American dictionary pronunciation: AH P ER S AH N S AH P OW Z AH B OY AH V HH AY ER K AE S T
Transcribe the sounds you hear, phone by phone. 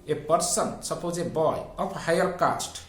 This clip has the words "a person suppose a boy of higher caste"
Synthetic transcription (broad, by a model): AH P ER S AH N S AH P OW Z AH B OY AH P HH AY ER K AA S T